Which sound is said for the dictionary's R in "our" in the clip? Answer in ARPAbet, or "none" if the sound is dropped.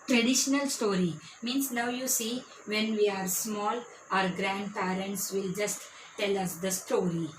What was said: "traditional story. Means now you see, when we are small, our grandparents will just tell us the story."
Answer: R